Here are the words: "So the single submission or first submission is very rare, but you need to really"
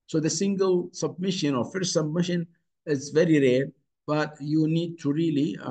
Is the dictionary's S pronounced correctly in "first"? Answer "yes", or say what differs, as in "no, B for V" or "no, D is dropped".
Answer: no, S is dropped